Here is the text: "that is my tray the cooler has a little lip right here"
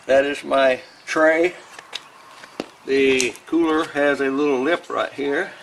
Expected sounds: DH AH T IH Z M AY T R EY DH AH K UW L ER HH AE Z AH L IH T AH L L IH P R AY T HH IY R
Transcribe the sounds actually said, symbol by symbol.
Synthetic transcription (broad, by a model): DH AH T IH Z M AY T R EY DH AH K UW L ER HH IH Z AH L IH T L L IH P R AY T HH IY R